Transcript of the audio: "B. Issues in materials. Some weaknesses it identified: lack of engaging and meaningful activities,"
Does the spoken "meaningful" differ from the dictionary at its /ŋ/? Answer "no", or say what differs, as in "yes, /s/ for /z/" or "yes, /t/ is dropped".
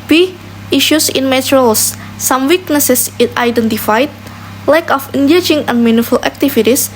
yes, /ŋ/ is dropped